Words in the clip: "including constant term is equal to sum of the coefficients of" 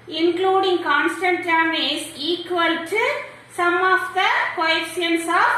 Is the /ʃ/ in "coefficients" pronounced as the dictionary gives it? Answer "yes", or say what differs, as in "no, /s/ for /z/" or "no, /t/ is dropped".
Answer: no, /ʃ/ is dropped